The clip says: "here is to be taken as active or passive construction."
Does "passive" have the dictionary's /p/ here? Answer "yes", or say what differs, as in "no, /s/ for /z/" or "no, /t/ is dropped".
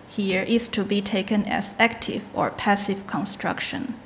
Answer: yes